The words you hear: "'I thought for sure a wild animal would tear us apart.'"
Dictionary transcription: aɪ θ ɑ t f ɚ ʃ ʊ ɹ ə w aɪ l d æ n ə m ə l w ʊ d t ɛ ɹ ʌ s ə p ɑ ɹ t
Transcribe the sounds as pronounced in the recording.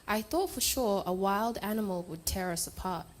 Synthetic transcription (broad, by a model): aɪ θ ɑ t f ɚ ʃ ʊ ɹ ə w aɪ l d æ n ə m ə l w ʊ d t ɛ ɹ ʌ s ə p ɑ ɹ t